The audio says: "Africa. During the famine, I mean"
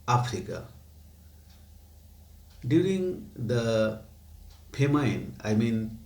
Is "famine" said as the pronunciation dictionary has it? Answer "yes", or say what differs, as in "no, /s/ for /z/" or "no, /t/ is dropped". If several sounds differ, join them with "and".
no, /p/ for /f/